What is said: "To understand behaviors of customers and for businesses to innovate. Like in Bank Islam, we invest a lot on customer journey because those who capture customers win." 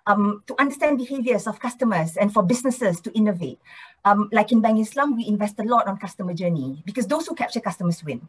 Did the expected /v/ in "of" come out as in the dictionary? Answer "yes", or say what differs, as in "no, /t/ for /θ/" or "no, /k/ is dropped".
no, /f/ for /v/